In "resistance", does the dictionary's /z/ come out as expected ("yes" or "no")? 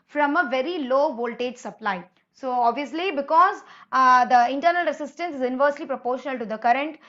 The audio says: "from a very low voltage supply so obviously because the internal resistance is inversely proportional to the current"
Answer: no